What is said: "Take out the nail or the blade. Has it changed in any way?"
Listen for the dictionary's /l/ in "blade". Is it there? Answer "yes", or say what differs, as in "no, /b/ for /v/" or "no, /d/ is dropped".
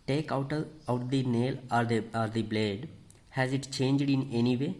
yes